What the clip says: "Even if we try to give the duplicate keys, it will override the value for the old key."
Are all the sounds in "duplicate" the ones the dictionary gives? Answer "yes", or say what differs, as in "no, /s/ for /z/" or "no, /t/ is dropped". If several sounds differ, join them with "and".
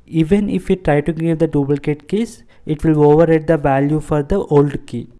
no, /b/ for /p/